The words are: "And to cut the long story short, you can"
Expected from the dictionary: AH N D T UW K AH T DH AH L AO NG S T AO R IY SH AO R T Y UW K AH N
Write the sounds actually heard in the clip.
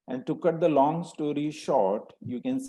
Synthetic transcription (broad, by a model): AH N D T UW K AH T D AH L AO NG S T AO R IY SH AO R T Y UW K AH N